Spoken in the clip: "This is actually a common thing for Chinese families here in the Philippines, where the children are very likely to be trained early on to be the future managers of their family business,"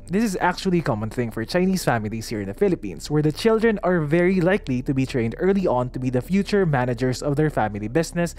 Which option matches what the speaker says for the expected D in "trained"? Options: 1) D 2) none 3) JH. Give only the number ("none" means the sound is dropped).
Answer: 1